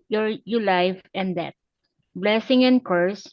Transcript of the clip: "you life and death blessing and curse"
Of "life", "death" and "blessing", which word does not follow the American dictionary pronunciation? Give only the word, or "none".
death